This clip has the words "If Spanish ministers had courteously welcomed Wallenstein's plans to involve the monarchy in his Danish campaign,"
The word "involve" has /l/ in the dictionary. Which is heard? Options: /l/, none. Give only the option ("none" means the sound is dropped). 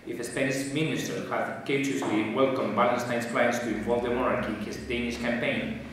none